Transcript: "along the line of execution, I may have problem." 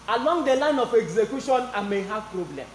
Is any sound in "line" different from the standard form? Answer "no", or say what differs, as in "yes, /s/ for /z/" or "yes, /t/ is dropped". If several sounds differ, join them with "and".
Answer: no